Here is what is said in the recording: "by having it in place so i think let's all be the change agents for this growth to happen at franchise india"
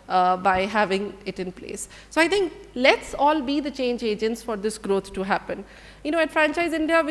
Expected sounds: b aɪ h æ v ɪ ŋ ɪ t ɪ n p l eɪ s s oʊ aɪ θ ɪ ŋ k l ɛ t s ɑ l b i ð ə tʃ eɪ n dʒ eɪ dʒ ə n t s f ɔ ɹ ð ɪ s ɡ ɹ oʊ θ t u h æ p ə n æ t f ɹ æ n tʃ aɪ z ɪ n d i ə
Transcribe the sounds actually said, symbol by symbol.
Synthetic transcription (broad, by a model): b aɪ h æ v ɪ ŋ ɪ t ɪ n p l eɪ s s oʊ aɪ t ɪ ŋ k l ɛ t s ɑ l b i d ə tʃ eɪ n dʒ eɪ dʒ ə n t s f ɔ ɹ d ɪ s ɡ ɹ oʊ t t u h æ p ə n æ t f ɹ æ n tʃ aɪ z ɪ n d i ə